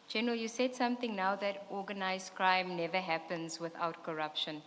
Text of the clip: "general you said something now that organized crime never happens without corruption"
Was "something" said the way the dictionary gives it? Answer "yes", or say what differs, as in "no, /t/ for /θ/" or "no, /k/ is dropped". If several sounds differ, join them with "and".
no, /t/ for /θ/